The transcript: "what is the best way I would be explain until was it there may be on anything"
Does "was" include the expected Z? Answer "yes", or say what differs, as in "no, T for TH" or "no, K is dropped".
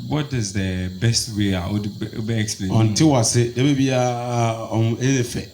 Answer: no, S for Z